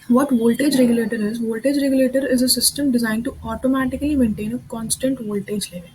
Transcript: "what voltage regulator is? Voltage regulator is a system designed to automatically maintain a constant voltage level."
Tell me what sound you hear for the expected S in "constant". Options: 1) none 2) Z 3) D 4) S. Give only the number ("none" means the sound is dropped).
4